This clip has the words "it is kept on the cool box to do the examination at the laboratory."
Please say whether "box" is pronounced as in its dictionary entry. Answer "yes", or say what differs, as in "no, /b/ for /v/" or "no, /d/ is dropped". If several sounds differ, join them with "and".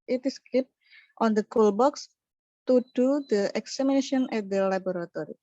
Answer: yes